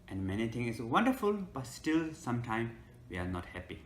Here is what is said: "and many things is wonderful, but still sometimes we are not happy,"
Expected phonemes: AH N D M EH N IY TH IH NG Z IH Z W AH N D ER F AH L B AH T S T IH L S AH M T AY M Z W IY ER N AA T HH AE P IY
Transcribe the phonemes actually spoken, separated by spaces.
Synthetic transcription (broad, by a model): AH N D M EH N IY T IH NG IH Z W AH N D ER F AH L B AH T S T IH L S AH M T AY M W IY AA N AA T HH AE P IY